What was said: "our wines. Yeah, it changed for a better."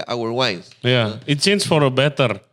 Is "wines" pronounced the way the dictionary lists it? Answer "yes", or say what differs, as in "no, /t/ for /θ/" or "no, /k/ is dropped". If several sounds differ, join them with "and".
no, /n/ is dropped